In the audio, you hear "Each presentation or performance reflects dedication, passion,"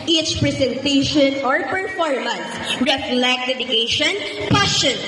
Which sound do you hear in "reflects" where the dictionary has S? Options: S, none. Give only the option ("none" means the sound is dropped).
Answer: none